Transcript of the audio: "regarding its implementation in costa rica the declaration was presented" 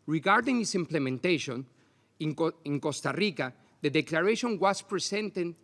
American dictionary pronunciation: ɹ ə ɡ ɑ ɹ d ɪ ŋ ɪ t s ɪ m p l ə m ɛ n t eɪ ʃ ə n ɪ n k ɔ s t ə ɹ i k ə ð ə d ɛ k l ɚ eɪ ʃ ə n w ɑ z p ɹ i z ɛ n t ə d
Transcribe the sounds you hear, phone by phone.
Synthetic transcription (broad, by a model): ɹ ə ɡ ɑ ɹ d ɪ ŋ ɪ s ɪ m p l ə m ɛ n t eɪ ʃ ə n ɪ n k ɔ s t ə ɹ i k ə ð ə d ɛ k l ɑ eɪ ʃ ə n w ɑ s p ɹ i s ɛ n t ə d